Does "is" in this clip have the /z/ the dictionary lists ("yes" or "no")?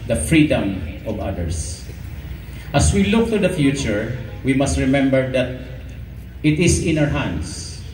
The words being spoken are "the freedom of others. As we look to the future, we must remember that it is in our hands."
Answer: no